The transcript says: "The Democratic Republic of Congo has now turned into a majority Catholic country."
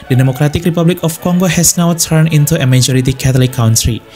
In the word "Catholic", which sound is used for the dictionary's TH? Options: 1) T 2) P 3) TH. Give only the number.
1